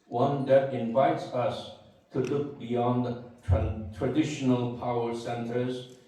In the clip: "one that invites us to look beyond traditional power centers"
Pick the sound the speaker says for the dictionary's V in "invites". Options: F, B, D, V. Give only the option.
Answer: V